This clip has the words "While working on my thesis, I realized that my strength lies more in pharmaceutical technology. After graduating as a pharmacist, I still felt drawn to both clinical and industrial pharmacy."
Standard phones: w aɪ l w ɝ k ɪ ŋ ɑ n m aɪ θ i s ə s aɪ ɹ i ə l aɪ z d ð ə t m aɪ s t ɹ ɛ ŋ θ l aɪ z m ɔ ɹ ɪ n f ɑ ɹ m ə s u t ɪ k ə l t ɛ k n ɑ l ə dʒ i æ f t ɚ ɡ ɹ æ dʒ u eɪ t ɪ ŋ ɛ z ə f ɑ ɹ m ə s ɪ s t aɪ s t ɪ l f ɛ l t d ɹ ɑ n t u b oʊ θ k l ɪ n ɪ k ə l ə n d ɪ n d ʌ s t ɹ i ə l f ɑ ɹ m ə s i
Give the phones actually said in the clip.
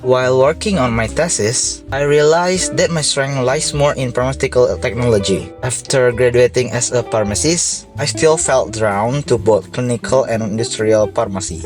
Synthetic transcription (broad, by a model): w aɪ l w ɝ k ɪ ŋ ɑ n m aɪ t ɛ s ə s aɪ ɹ i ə l aɪ s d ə t m aɪ s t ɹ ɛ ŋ l aɪ s m ɔ ɹ ɪ n p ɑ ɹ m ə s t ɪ k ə l t ɛ k n ɑ l ə dʒ i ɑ f t ɚ ɡ ɹ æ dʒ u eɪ t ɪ ŋ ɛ s ə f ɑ ɹ m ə s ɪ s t aɪ s t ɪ l f ɛ l t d ɹ ɑ n t u b oʊ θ k l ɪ n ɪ k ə l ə n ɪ n d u s t ɹ i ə l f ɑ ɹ m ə s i